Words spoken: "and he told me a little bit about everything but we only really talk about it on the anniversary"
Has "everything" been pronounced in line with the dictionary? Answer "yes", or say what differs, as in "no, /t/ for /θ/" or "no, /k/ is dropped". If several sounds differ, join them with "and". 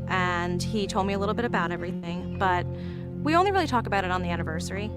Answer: yes